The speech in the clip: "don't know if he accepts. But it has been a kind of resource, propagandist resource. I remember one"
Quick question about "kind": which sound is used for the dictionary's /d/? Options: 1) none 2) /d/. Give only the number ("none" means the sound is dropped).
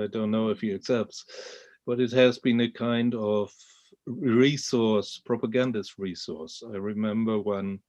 2